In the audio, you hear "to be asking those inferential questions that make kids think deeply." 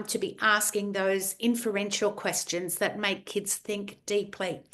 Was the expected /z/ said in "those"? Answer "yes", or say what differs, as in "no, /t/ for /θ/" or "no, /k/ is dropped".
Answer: yes